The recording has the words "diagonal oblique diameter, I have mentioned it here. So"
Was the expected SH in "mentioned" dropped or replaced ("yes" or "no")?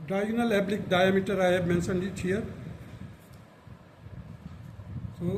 yes